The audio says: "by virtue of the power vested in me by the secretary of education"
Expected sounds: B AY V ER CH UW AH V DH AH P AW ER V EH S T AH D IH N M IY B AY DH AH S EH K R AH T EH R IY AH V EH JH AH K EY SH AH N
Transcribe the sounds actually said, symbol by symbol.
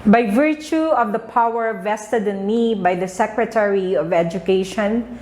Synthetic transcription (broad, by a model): B AY V ER CH UW AH V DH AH P AW ER V EH S T AH D IH N M IY B AY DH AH S EH K R AH T EH R IY AH V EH JH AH K EY SH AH N